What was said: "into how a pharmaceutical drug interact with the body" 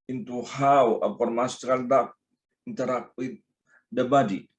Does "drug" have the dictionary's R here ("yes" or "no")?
no